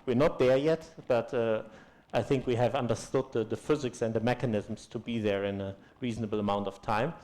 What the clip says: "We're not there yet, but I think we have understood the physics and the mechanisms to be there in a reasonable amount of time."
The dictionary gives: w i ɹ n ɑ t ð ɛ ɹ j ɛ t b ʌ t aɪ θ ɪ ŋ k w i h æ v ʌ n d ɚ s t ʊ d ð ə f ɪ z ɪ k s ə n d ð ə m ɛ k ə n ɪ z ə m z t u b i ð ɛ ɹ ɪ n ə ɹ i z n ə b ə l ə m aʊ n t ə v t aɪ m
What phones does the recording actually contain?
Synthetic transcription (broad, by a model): w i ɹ n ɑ t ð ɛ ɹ j ɛ t b ʌ t aɪ θ ɪ ŋ k w i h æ v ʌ n d ɚ s t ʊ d ð ə f ɪ z ɪ k s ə n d ð ə m ɛ k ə n ɪ z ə m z t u b i ð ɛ ɹ ɪ n ə ɹ i z n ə b l ə m aʊ n t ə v t aɪ m